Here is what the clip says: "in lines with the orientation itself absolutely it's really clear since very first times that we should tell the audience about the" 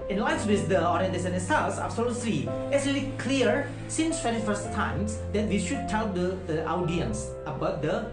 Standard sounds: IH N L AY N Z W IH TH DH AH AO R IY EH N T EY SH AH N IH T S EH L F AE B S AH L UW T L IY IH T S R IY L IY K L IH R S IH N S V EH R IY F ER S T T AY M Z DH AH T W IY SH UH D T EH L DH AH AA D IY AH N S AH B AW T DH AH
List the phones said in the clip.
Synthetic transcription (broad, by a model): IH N L AY N S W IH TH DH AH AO R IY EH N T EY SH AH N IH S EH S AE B S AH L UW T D IY IH T S R IY L IY K L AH R S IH N S F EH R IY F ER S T T AY M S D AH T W IY SH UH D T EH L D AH AA D IY AH N S AH B AW T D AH